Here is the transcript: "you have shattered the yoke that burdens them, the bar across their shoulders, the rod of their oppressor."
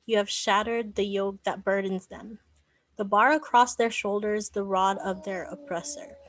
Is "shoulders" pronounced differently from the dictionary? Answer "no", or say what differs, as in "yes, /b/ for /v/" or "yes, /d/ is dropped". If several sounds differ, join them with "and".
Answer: no